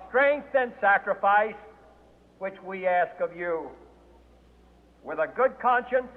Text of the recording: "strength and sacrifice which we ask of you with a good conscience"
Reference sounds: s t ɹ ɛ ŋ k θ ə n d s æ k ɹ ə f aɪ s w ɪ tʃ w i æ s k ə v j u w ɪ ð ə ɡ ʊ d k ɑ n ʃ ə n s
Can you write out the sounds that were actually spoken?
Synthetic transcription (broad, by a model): s t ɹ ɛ ŋ k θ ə n s æ k ɹ ə f aɪ s w ɪ tʃ w i æ s k ə v j u w ɪ ð ə ɡ ʊ d k ɑ n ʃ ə n s